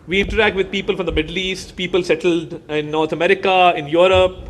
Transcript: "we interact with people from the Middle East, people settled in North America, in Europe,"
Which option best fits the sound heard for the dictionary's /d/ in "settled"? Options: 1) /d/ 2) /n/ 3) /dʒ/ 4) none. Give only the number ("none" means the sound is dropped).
1